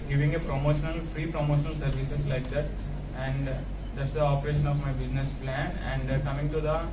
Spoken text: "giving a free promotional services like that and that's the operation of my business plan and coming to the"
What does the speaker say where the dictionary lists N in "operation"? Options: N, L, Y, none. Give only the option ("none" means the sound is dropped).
N